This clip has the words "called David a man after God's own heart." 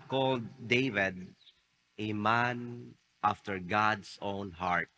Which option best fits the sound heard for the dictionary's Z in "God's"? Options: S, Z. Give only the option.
S